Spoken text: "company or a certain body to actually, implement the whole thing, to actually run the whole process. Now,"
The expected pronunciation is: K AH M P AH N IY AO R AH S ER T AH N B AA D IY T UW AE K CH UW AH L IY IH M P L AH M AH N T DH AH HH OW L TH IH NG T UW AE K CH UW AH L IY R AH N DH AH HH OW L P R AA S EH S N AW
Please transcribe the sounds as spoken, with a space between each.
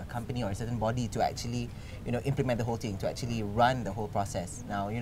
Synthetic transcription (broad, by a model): K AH M P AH N IY AO R AH S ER T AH N B AA D IY T UW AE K CH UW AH L IY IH M P L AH M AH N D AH HH OW L T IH NG T UW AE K CH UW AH L IY R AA N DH AH HH OW L P R AA S EH S N AW